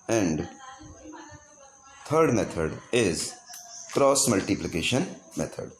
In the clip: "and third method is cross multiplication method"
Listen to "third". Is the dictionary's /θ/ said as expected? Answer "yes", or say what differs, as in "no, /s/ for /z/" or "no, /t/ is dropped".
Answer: no, /t/ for /θ/